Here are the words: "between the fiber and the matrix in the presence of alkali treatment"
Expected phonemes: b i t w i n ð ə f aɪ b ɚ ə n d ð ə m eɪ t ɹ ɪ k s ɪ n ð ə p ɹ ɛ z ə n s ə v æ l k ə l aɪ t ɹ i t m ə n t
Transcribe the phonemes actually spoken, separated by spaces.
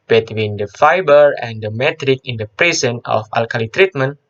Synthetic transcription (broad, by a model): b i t w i n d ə f aɪ b ɚ ə n d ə m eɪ t ɹ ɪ k ɪ n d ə p ɹ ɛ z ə n ə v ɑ l k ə l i t ɹ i t m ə n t